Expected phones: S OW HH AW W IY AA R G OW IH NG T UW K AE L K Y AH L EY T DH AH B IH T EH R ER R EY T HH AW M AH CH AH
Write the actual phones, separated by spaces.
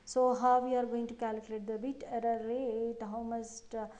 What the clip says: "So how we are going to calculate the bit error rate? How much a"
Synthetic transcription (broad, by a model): S OW HH AW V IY AA R G OW IH NG T UW K AE L K Y AH L EY T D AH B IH T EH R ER R EY T HH AW M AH S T